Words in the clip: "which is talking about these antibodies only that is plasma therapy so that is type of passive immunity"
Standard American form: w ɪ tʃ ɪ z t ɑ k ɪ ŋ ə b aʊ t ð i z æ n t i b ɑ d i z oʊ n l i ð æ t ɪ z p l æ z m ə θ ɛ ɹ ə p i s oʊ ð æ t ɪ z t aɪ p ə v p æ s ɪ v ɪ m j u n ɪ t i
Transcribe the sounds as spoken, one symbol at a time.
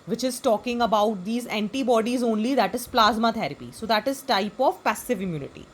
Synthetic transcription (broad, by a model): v ɪ tʃ ɪ z t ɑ k ɪ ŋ ə b aʊ t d i z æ n t i b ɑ d i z oʊ n l i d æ t ɪ z p l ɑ z m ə t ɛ ɹ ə p i s oʊ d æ t ɪ z t aɪ p ə v p æ s ɪ v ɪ m j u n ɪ t i